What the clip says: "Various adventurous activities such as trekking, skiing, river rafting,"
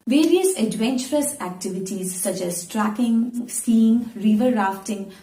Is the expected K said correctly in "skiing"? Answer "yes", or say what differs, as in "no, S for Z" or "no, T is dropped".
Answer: no, K is dropped